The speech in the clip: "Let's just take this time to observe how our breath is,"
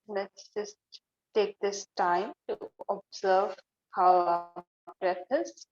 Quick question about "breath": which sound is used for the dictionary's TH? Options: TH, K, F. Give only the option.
F